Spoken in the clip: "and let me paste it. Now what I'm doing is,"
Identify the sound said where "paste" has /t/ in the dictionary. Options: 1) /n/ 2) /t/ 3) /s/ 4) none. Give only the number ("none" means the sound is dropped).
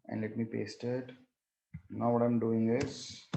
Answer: 2